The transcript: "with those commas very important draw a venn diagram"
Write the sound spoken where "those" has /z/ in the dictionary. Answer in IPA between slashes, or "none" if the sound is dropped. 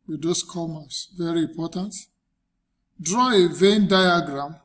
/s/